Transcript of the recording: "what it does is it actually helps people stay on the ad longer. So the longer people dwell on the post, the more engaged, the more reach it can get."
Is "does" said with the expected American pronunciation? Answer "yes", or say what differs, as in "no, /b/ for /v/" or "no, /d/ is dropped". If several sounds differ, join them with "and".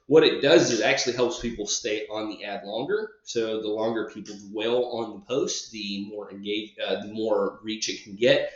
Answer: yes